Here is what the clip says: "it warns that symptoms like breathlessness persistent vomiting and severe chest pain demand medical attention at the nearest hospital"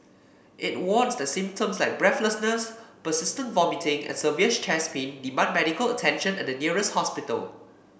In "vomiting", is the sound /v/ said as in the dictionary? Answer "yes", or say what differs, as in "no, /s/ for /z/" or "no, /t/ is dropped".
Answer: yes